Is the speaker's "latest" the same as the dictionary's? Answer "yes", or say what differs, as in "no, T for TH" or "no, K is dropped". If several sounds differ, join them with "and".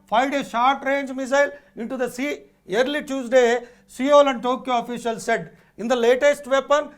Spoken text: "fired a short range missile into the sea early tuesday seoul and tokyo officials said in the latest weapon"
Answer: yes